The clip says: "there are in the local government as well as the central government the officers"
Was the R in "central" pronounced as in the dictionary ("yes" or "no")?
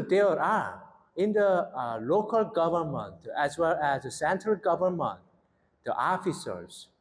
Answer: yes